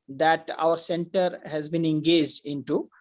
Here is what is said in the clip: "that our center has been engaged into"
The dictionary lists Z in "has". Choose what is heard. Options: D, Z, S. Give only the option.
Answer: Z